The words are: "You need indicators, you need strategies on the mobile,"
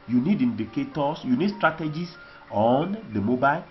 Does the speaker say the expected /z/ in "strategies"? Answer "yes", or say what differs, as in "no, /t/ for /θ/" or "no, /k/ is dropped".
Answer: no, /s/ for /z/